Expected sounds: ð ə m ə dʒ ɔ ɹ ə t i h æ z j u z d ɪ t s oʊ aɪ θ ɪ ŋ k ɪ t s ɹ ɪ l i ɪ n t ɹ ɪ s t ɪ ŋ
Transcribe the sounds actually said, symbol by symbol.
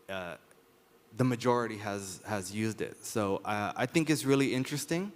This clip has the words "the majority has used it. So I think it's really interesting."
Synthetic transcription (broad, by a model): ð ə m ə dʒ ɔ ɹ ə t i h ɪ z j u z d ɪ t s oʊ aɪ θ ɪ ŋ k ɪ t s ɹ ɪ l i ɪ n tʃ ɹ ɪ s t ɪ ŋ